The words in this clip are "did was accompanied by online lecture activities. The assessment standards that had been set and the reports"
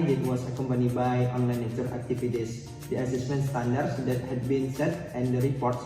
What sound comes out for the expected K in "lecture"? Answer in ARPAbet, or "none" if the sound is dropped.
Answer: none